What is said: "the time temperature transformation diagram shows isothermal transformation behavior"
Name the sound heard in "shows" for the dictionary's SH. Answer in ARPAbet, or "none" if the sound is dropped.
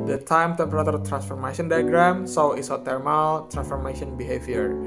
S